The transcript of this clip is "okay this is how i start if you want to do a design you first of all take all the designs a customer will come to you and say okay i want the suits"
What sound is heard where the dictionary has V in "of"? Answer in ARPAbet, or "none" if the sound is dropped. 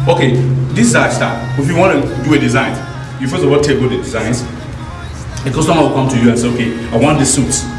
W